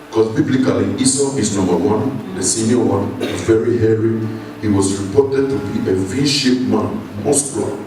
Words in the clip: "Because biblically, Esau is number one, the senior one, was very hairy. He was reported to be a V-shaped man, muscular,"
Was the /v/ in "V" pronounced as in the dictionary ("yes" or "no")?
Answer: no